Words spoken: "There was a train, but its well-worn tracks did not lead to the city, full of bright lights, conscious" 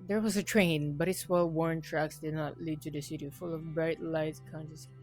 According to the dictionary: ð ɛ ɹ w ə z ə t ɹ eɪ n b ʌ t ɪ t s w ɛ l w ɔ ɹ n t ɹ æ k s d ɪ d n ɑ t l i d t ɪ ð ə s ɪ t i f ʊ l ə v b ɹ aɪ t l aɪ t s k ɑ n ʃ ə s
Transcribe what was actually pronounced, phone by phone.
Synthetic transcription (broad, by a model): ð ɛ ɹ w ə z ə t ɹ eɪ n b ʌ t ɪ t s w ɛ l w ɔ ɹ n t ɹ æ k s d ɪ d n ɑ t l i d t ɪ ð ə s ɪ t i f ʊ l ə v b ɹ aɪ t l aɪ t s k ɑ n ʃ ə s